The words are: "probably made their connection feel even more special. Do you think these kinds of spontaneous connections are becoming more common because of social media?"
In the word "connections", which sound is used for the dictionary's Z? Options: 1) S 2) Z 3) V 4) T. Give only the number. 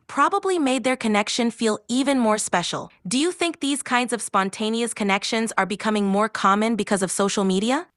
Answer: 2